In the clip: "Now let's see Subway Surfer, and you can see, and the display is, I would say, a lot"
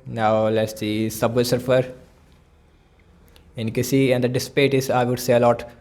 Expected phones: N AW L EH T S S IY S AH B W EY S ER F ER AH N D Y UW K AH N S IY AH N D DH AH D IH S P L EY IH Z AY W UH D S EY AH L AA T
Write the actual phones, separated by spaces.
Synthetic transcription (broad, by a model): N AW L EH T S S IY S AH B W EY S ER F ER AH N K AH S IY AH N D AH D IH S P EY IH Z AY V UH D S EY AH L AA T